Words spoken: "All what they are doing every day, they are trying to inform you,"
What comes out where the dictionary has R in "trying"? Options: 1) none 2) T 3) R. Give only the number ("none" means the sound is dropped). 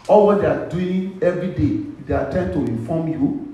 1